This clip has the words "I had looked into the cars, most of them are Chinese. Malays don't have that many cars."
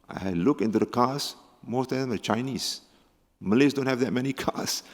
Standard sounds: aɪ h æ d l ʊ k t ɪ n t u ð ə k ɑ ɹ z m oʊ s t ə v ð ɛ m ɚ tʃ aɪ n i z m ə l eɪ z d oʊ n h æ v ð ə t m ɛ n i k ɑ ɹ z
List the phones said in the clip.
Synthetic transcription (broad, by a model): aɪ l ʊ k ɪ n t u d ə k ɑ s m oʊ s t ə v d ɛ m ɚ tʃ aɪ n i s m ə l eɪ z d oʊ n h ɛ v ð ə t m ɛ n i k ɑ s